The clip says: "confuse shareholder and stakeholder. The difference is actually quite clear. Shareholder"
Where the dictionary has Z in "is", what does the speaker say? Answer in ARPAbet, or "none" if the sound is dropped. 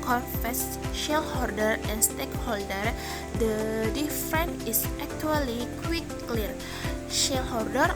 S